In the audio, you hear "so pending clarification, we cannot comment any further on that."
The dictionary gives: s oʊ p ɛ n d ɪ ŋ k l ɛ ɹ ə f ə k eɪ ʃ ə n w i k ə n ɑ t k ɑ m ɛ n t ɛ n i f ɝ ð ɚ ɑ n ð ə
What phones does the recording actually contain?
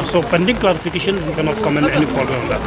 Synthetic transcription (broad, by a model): s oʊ p ɛ n d ɪ ŋ k l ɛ ɹ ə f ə k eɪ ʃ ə n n k ə n ɑ t k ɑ m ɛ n ɛ n i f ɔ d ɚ ɑ n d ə